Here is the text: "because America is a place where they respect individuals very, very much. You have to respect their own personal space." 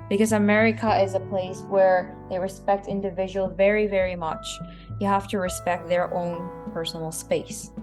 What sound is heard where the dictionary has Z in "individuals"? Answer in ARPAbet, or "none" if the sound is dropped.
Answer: none